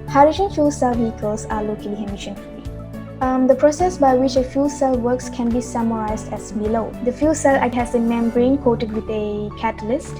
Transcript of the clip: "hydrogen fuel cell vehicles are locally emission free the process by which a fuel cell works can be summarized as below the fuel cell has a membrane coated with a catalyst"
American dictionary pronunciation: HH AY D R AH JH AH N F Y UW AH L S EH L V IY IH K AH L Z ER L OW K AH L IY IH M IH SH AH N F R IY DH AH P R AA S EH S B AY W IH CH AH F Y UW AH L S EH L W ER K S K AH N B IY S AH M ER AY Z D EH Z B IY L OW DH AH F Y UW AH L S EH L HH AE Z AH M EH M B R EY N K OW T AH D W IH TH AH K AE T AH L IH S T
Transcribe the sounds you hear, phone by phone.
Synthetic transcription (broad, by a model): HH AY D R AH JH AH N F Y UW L S EH L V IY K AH L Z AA L OW K AH L IY IH M IH SH AH N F IY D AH P R AA S EH S B AY W IH CH AH F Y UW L S EH L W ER K S K AH N B IY S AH M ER AY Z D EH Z B IY L OW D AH F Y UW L S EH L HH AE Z AH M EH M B R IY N K OW T AH D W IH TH AH K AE T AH L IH S T